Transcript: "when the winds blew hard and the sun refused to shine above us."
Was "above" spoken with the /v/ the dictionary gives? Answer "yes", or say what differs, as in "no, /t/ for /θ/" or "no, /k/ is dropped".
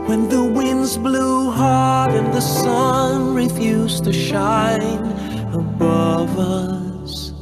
yes